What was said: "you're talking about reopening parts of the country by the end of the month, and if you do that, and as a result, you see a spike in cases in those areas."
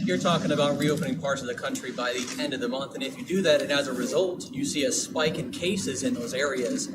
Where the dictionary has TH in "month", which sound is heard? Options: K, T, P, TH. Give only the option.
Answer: TH